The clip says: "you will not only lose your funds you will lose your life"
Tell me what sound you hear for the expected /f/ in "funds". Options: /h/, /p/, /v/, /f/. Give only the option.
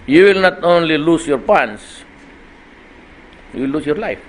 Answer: /p/